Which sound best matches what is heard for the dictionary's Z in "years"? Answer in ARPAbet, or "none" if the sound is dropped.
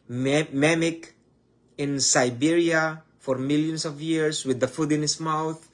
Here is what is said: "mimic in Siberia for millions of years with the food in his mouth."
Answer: S